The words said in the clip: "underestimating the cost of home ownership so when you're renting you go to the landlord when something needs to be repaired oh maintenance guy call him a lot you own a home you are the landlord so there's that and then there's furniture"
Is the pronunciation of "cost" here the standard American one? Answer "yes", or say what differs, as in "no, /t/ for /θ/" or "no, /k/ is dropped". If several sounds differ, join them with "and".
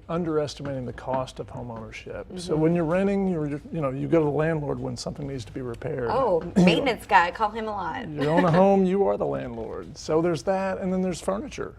yes